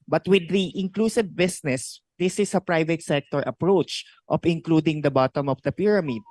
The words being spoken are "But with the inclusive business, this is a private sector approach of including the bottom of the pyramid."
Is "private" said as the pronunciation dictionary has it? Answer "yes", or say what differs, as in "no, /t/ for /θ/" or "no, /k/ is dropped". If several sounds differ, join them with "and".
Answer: yes